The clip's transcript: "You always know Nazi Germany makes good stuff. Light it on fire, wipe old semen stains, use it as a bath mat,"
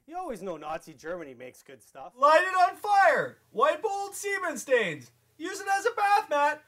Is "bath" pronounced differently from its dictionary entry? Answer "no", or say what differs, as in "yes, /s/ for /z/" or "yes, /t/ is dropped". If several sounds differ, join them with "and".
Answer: no